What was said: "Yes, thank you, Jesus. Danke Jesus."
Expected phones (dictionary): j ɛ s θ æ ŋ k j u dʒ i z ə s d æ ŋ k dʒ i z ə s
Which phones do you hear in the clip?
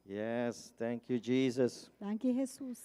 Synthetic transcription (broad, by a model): j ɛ s t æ ŋ k j u dʒ i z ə s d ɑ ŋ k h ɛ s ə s